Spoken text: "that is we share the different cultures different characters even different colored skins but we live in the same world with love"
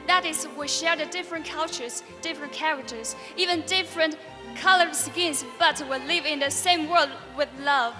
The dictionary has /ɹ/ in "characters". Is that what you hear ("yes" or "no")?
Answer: yes